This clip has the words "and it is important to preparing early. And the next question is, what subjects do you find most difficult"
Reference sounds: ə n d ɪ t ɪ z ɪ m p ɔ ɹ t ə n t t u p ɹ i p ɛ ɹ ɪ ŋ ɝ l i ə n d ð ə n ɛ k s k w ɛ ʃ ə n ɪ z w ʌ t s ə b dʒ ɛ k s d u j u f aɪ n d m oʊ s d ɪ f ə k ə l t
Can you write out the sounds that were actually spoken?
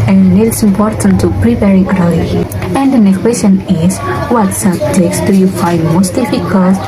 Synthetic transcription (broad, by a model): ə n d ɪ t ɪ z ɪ m p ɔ ɹ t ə n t t u p ɹ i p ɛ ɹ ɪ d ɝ i ə n d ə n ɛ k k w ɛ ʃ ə n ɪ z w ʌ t s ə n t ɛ k s d u j u f aɪ n d m oʊ s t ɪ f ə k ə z